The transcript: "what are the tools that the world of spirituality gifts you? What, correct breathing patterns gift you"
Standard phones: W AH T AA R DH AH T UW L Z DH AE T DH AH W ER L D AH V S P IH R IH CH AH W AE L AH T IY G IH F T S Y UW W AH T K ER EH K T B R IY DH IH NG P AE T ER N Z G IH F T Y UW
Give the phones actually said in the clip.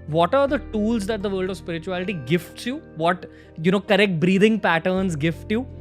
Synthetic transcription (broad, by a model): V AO T AA R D AH T UW L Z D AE T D AH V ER L D AH V S P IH R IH CH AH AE L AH T IY G IH F T S Y UW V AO T K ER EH K T B R IY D IH NG P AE T ER N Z G IH F T Y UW